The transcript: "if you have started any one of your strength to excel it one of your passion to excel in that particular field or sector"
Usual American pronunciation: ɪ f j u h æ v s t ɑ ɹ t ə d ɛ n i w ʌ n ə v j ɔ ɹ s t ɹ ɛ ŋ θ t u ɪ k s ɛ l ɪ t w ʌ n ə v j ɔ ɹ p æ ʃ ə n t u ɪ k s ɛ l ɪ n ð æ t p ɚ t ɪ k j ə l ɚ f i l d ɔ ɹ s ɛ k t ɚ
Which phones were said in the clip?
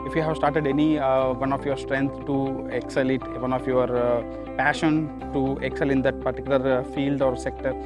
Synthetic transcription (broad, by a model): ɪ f j u h æ v s t ɑ ɹ t ə d ɛ n i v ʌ n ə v j ɔ ɹ s t ɹ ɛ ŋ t t u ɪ k s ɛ l ɪ t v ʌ n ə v j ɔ ɹ p æ ʃ ə n t u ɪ k s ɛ l ɪ n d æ t p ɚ t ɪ k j l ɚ f i l d ɔ ɹ s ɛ k t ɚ